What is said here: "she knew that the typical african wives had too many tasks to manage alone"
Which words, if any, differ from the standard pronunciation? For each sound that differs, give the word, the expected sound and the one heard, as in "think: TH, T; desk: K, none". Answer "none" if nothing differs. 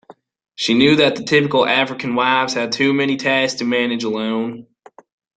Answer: tasks: K, none